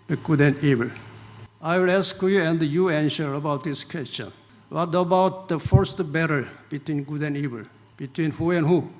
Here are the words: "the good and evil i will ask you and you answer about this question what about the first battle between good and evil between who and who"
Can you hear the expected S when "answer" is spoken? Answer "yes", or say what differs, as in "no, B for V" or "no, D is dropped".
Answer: no, SH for S